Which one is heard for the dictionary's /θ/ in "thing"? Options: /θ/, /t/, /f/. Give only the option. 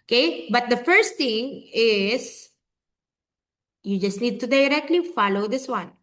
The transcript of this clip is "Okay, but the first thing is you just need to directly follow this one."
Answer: /t/